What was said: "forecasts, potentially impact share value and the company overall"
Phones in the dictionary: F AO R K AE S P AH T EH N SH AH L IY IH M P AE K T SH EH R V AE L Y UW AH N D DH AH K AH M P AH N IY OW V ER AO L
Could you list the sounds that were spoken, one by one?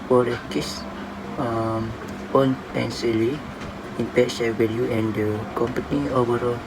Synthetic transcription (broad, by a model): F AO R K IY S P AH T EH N S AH L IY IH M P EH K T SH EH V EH L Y UW AH N D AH K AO M P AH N IY OW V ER AO L